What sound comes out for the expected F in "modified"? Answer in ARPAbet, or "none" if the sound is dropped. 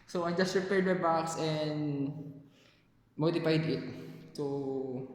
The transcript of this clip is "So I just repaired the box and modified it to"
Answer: P